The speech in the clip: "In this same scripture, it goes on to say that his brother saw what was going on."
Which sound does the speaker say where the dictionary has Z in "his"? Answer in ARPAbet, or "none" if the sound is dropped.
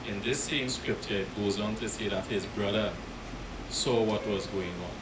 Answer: Z